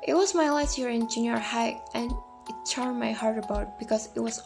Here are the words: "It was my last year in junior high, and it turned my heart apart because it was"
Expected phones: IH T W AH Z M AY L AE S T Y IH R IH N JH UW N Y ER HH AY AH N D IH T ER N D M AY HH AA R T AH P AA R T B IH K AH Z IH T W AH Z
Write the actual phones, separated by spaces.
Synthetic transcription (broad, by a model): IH T W AH Z M AY L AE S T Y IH R IH N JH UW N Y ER HH AY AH N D IH T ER N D M AY HH AA R T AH B AA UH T B IH K AH Z IH T W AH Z